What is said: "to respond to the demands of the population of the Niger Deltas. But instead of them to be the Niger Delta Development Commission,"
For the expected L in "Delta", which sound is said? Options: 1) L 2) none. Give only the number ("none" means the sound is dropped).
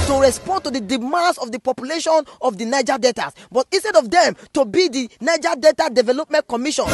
2